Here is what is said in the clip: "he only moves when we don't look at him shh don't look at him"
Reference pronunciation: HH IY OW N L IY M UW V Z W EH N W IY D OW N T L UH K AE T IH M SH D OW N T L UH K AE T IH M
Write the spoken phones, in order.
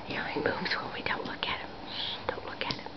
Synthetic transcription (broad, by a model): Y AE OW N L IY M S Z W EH L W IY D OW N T L UH K AE T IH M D OW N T L UH K AE T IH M